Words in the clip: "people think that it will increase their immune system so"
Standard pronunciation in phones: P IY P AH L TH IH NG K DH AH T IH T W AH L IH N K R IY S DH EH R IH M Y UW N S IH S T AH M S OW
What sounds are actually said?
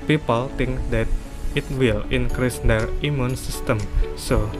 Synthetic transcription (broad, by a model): P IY P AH L T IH NG K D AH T IH T W AH L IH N K R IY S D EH R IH M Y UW N S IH S T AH M S OW